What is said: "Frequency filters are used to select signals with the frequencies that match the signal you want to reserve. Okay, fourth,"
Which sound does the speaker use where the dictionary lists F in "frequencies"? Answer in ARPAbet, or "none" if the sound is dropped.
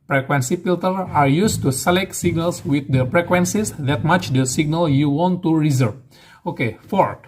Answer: P